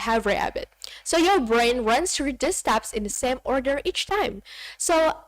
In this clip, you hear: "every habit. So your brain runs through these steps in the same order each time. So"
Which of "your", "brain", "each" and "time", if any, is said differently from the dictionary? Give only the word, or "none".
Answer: none